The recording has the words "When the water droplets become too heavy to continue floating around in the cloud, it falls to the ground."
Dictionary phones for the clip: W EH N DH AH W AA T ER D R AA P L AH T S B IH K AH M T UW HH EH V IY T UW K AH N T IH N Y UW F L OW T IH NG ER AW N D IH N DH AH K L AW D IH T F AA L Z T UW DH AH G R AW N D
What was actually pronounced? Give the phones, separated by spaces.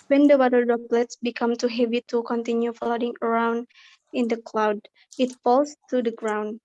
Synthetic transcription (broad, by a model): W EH N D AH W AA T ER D AA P L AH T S B IH K AH M T UW HH EH V IY T UW K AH N T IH N Y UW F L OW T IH NG ER AW N D IH N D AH K L AW D IH T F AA L S T UW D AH G R AW N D